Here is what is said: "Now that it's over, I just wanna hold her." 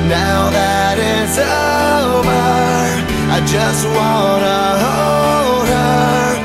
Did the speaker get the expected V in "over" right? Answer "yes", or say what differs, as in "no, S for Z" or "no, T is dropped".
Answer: no, B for V